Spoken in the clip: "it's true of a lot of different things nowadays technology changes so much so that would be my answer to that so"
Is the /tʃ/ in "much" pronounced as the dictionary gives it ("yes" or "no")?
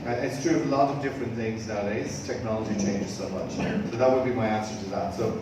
yes